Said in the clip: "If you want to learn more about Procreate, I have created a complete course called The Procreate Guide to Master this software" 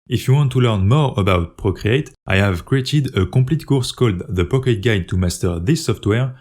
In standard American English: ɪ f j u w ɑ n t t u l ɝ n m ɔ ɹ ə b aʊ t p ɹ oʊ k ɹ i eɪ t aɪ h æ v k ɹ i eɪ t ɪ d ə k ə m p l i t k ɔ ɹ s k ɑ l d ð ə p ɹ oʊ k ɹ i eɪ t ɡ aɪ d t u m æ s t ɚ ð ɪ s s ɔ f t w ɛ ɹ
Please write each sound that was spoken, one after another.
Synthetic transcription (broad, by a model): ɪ f j u w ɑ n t t u l ɝ n m ɔ ɹ ə b aʊ t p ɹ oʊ k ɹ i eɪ t aɪ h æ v k ɹ i eɪ t ɪ d ə k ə p l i t k ɔ ɹ s k ɑ l d ð ə p oʊ k i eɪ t ɡ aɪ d t u m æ s t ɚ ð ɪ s s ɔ f t w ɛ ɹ